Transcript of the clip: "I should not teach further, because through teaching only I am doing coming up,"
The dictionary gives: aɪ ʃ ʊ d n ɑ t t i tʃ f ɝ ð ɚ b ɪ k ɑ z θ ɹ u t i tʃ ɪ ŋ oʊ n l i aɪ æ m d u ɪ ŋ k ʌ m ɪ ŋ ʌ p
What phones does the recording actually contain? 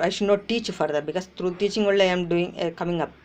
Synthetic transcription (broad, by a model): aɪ ʃ ʊ d n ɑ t t i tʃ f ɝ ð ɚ b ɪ k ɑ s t ɹ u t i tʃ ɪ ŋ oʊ l aɪ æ m d u ɪ ŋ k ʌ m ɪ ŋ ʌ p